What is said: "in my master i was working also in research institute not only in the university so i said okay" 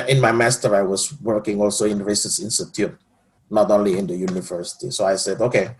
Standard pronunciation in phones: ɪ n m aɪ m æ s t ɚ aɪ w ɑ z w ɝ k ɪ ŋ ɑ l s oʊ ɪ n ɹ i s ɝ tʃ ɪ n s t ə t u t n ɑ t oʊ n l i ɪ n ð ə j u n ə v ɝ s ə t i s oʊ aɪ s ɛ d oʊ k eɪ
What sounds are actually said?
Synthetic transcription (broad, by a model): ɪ n m aɪ m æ s t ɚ aɪ w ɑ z w ɝ k ɪ ŋ ɑ l s oʊ ɪ n ɹ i s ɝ s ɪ n s t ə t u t n ɑ t oʊ n l i ɪ n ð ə j u n ə v ɝ s ə t i s oʊ aɪ s ɛ d oʊ k eɪ